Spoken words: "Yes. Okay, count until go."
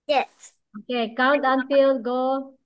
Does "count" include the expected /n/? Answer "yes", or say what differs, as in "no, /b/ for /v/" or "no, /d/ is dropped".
yes